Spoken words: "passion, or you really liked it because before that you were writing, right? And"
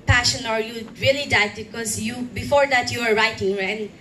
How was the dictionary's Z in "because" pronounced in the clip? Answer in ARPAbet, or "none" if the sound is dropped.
none